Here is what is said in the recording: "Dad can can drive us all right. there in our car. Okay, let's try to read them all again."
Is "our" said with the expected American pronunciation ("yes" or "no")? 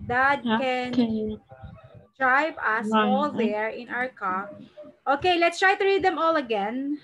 yes